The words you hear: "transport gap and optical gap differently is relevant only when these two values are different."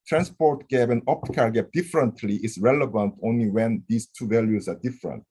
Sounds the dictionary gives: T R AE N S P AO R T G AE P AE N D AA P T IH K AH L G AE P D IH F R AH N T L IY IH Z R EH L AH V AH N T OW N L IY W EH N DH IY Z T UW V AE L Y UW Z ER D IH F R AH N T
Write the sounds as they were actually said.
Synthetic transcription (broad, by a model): T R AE N S P AO R T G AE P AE N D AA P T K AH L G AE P D IH F R AH N T L IY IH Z R EH L AH V AH N T OW N L IY W EH N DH IY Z T UW V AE L Y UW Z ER D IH F R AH N T